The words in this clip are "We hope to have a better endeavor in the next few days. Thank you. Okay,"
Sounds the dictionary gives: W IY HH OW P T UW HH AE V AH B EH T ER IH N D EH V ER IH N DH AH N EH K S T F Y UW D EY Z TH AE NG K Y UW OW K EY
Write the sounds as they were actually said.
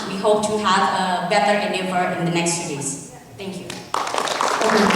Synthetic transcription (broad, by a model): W IY HH OW P T UW HH AE V AH B EH T ER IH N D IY F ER IH N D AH N EH K S T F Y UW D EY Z T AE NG K Y UW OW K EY